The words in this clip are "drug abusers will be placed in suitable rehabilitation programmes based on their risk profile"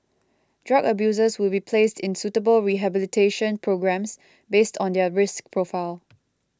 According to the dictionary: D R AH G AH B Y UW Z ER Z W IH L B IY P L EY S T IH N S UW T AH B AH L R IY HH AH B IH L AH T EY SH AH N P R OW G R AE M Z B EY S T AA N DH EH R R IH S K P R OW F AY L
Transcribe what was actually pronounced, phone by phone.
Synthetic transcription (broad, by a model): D R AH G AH B Y UW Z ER S W IH L B IY P L EY S T IH N S UW T AH B AH L R IY HH AH B IH L AH T EY SH AH N P R OW G R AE M S B EY S T AA N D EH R R IH S K P R OW F AY L